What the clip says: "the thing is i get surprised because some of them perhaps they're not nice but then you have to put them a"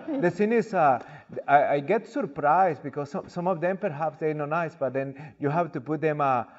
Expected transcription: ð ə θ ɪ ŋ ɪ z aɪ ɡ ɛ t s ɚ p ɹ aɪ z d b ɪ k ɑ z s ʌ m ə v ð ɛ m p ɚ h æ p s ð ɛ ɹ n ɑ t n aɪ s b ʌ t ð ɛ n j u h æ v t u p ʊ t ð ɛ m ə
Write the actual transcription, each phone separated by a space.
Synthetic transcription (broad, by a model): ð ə s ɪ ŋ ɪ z aɪ ɡ ɛ t s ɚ p ɹ aɪ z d b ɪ k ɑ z s ʌ m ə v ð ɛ m p ɚ h æ p s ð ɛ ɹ n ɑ n aɪ s b ʌ t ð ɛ n j u h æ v t u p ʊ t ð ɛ m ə